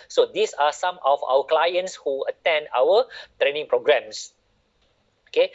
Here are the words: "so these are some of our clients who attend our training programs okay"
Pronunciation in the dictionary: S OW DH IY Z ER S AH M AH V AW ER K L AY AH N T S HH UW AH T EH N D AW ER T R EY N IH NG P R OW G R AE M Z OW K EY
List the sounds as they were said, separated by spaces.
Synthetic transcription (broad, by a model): S OW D IY S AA S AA M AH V AW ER K L AY AH N T S HH UW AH T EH N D AW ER T R EY N IH NG P R OW G R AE M S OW K EY